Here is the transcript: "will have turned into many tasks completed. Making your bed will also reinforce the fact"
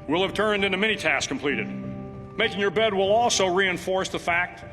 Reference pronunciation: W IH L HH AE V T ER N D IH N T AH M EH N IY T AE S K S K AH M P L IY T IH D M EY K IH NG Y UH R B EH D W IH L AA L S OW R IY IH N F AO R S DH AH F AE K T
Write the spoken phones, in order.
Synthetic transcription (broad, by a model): W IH L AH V T ER N D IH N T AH M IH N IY T AE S S K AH M P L IY T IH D M EY K IH NG Y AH R B EH D W IH L AA L S OW R IY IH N F AO R S DH AH F AE K T